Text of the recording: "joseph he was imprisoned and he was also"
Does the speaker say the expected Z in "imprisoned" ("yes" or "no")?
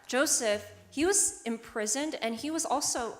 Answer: yes